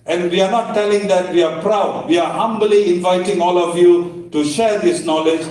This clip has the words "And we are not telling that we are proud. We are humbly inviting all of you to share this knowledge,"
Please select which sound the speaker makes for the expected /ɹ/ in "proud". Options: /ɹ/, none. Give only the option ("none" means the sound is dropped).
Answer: /ɹ/